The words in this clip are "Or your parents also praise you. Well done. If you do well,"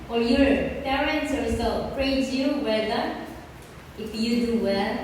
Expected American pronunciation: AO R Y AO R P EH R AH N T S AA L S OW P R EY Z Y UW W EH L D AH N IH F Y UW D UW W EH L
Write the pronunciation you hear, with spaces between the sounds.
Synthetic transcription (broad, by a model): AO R Y AO R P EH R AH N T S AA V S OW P R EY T Y UW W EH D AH IH F Y UW D UW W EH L